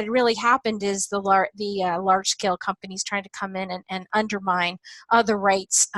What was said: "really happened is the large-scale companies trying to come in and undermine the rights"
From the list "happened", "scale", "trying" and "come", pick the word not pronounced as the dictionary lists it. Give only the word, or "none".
none